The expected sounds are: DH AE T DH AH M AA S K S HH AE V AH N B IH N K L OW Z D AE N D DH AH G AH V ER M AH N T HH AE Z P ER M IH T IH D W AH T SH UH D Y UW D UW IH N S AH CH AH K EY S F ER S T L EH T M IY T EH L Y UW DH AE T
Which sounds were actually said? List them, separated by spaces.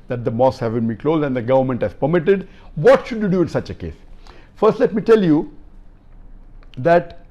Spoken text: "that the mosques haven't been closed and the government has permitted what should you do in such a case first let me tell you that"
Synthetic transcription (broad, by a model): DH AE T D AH M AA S S HH AE V AH N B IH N K L OW Z D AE N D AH G AH V ER M AH N T HH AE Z P ER M IH T IH D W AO T SH UH D Y UW D UW IH N S AH CH AH K EY S F ER S T L EH T M IY T EH L Y UW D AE T